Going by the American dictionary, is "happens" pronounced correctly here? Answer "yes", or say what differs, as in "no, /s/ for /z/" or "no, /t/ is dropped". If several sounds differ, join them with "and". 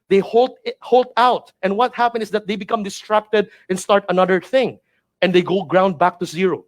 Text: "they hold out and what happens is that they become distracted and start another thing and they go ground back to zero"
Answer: no, /z/ is dropped